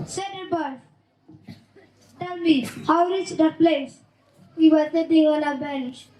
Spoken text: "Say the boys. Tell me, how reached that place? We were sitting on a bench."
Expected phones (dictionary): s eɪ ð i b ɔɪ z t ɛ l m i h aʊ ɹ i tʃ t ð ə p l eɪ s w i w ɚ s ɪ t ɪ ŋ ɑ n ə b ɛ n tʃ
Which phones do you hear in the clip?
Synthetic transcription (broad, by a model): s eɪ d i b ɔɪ t ɛ l m i h aʊ ɹ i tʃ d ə p l eɪ s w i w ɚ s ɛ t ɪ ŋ ɑ n ə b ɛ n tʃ